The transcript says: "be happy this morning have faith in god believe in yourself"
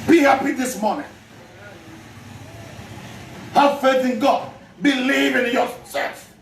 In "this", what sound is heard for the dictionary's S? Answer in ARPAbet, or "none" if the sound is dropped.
S